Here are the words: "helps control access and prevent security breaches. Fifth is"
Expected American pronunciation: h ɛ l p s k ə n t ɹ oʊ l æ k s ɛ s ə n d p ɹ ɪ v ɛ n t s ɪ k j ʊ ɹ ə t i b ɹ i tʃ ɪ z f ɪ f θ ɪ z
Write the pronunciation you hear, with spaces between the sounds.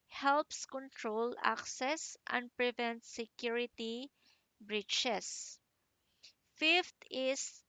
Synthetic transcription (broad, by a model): h ɛ l p s k ə n t ɹ oʊ l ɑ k s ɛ s ə n d p ɹ ɪ v ɛ n t s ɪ k j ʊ ɹ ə t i b ɹ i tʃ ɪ s f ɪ f t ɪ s